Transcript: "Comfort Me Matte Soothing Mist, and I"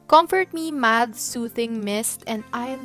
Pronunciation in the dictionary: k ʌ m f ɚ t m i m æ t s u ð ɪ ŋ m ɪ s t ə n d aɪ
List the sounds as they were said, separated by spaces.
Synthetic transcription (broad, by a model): k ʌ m f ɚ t m i m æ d s u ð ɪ ŋ m ɪ s t ə n d aɪ